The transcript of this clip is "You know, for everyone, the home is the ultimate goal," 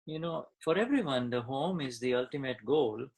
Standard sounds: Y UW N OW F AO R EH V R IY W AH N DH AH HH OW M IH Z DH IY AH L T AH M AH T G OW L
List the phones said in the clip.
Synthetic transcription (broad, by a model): Y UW N OW F AO R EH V R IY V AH N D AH HH OW M IH Z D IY AH L T AH M AH T G OW L